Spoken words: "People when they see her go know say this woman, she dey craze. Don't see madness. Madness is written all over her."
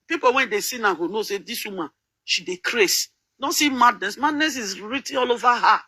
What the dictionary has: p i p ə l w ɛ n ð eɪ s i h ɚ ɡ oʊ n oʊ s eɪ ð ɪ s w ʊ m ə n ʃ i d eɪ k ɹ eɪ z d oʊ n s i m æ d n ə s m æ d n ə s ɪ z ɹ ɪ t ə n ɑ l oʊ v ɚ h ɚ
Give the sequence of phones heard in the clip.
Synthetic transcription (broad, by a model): p i p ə w ɛ n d eɪ s i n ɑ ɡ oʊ n oʊ s eɪ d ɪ s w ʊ m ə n ʃ i d eɪ k ɹ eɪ s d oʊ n s i m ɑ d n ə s m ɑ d n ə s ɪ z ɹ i t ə ɑ l oʊ v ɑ h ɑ